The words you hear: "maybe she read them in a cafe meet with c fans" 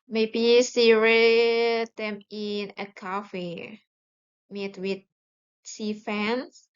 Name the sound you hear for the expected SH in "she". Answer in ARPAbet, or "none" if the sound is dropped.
S